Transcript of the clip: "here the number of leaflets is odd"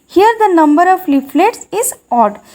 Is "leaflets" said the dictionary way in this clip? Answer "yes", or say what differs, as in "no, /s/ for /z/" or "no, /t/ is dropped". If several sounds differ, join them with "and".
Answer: yes